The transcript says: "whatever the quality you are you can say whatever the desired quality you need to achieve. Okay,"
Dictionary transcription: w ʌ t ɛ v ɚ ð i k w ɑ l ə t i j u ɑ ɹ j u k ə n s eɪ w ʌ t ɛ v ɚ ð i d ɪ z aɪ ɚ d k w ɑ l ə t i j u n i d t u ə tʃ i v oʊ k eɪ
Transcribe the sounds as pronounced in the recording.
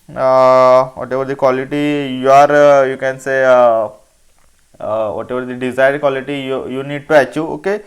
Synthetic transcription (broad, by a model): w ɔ t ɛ v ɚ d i k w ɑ l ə t i j u ɑ ɹ j u k ə n s eɪ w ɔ t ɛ v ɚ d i d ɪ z aɪ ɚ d k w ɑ l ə t i j u n i d t u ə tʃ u oʊ k eɪ